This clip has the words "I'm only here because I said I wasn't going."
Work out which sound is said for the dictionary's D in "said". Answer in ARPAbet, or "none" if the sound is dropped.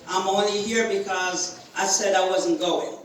D